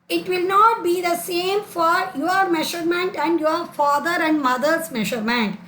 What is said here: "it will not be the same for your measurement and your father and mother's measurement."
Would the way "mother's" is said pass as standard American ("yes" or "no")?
no